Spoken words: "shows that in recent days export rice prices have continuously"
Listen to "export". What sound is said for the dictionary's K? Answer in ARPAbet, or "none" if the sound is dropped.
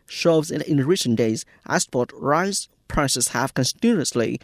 none